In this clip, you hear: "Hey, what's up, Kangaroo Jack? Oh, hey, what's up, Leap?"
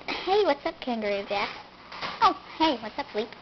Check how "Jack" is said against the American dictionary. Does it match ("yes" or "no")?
no